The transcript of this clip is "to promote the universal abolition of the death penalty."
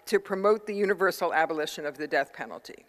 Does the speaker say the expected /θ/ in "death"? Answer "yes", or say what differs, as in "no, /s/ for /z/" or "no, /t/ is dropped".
yes